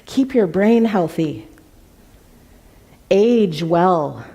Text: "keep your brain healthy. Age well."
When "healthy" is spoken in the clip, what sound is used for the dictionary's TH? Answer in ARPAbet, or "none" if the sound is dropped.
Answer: TH